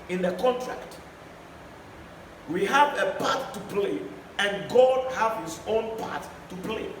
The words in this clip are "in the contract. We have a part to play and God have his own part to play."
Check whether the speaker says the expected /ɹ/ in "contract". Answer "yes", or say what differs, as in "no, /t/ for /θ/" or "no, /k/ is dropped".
yes